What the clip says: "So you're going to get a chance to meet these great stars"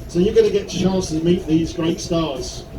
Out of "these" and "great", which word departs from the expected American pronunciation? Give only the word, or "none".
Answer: none